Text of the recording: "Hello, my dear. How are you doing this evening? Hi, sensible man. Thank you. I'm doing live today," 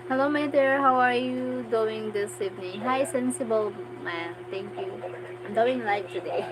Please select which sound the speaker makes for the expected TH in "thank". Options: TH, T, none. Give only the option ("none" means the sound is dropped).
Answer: T